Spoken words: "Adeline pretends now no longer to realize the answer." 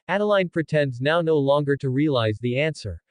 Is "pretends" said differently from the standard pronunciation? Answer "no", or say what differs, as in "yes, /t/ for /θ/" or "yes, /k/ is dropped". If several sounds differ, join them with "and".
no